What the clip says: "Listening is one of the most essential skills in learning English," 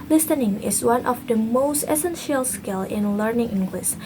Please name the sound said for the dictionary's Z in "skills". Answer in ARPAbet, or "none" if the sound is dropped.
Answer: none